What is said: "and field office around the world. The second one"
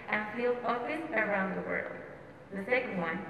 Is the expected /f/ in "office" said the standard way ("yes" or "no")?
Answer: no